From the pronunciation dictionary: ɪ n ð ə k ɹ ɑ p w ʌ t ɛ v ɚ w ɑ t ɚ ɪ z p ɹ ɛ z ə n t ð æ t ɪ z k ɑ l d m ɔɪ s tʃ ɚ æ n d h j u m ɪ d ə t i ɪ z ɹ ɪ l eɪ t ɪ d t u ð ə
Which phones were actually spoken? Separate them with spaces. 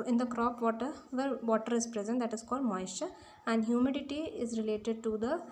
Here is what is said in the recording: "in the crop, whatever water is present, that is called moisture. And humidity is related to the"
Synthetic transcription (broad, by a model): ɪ n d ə k ɹ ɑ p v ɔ t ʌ v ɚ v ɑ t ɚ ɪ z p ɹ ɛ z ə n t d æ t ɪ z k ɑ l d m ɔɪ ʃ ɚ æ n d h j u m ɪ d ə t i ɪ z ɹ ɪ l eɪ t ɪ d t u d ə